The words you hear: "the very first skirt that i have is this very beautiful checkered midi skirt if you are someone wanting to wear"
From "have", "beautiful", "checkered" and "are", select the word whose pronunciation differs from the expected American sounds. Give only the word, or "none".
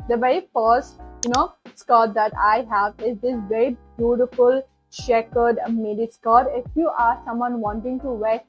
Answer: checkered